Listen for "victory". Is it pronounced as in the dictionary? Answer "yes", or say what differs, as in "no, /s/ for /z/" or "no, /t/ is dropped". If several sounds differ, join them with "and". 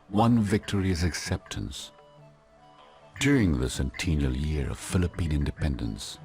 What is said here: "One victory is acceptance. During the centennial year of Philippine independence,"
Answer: yes